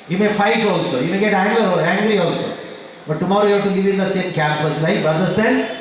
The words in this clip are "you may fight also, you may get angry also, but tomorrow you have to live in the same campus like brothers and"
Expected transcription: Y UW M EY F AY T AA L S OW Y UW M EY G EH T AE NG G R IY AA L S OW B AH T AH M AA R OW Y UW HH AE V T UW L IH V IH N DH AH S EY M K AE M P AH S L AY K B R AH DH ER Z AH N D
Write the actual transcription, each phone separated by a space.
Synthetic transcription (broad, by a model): Y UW M EY F AY T AA L S OW Y UW M EY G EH T AE NG G R IY AA L S OW B AH T AH M AA R OW Y UW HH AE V T UW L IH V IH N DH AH S EY M K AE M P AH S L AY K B AH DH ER S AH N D